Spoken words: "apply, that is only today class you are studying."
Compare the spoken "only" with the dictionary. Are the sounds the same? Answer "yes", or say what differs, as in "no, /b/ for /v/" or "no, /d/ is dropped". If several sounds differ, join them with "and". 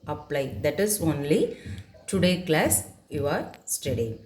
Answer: yes